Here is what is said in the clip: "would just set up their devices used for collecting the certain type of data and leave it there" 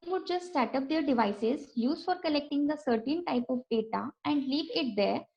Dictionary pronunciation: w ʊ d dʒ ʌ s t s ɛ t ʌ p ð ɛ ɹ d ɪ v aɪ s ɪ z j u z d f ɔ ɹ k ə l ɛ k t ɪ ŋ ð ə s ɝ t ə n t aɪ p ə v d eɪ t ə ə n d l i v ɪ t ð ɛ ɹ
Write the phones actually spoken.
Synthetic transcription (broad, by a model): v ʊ d dʒ ʌ s t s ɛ t ʌ p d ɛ ɹ d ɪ v aɪ s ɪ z j u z f ɔ ɹ k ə l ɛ k t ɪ ŋ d ə s ɝ t ə n t aɪ p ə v d eɪ t ə ə n d l i v ɪ t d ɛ ɹ